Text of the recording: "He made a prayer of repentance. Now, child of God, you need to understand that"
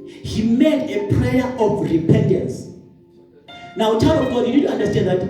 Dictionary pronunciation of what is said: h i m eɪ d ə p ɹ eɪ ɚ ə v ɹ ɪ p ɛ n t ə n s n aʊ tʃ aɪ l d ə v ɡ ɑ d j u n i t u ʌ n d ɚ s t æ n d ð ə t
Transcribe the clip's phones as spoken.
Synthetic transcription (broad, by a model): h i m eɪ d ə p ɹ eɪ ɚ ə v ɹ ɪ p ɛ n t ə n s n aʊ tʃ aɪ d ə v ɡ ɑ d j u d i t u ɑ n d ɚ s t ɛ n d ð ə t